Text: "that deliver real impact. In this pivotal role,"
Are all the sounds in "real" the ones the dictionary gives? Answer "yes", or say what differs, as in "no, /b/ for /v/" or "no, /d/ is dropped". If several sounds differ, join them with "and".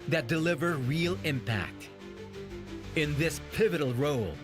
yes